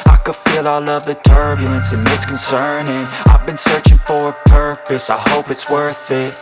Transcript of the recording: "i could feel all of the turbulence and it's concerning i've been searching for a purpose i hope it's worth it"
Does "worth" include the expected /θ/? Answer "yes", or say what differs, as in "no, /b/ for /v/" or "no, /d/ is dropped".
yes